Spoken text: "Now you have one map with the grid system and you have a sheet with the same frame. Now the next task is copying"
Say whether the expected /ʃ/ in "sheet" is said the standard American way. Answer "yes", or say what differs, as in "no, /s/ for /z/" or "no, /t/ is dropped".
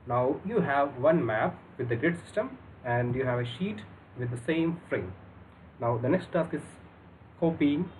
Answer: yes